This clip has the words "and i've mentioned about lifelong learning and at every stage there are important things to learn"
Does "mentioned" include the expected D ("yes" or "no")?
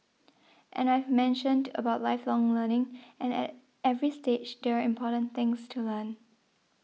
yes